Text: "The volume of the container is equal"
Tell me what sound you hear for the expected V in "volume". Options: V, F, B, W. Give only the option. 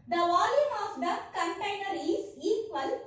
V